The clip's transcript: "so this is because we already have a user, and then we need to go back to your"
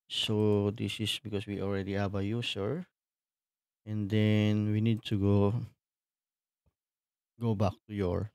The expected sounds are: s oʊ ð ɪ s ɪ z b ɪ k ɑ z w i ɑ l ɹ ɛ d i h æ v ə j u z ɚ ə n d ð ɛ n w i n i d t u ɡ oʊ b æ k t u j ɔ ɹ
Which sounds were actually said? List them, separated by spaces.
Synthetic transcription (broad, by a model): s oʊ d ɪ s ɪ s b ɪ k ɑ s w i ɑ l ɹ ɛ d i h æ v ə j u s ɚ ə n d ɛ n w i n i d t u ɡ oʊ b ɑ k t u j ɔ ɹ